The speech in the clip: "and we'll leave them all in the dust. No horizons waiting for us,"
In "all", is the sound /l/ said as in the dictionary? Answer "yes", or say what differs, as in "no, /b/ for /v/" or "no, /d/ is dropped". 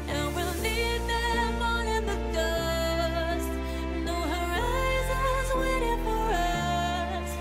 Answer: no, /n/ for /l/